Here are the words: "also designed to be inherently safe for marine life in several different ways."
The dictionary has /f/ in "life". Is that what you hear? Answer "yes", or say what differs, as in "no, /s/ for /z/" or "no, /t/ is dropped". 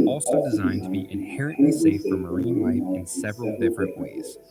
no, /f/ is dropped